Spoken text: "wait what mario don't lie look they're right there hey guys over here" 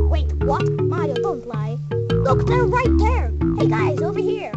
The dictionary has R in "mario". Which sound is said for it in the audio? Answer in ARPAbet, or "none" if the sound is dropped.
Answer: none